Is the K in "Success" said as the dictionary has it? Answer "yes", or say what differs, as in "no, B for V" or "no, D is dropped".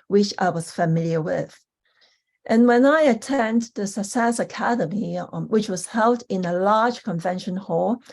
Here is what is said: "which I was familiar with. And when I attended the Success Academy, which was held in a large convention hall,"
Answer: no, K is dropped